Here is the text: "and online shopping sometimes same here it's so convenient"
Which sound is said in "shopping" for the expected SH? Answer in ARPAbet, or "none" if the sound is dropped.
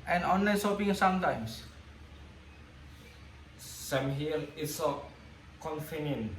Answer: S